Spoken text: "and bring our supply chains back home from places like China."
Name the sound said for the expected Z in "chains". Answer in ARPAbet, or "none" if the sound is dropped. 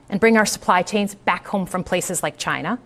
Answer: Z